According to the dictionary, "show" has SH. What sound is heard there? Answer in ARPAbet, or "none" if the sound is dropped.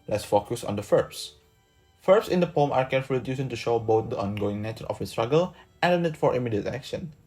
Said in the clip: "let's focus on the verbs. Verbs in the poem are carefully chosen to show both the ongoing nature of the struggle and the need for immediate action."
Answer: SH